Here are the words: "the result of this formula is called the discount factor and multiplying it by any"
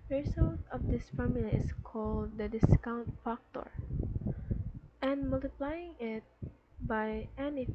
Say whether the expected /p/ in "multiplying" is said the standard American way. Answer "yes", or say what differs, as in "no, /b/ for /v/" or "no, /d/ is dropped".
yes